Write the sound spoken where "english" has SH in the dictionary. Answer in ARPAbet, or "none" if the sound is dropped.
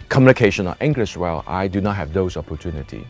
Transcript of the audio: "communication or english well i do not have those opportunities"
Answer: S